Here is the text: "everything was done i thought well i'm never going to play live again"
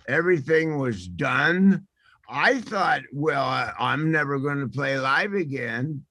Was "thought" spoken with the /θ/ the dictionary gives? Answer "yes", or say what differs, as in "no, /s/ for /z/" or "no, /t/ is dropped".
yes